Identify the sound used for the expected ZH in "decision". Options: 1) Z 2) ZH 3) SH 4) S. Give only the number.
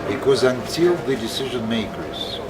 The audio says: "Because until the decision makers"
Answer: 2